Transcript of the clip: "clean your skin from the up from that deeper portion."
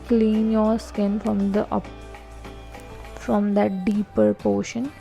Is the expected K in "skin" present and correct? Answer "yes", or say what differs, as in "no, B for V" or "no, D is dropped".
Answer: yes